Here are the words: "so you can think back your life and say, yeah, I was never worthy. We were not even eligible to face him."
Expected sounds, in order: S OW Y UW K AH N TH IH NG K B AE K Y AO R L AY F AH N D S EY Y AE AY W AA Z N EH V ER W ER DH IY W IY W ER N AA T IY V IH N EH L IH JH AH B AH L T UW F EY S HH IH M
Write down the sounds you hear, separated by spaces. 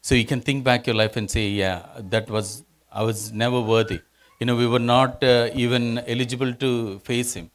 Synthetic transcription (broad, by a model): S OW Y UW K AH N T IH NG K B AE K Y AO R L AY F AH N D S EY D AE AY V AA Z N EH V ER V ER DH IY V IY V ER N AA T IY V IH N EH L IH JH AH B AH L T UW F EY S HH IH M